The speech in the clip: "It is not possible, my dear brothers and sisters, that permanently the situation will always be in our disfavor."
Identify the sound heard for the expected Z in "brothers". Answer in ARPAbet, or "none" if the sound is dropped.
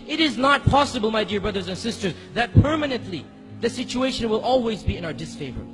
Z